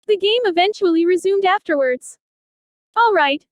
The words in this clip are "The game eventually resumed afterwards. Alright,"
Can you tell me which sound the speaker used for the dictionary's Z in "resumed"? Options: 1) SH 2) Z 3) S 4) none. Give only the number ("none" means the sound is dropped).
2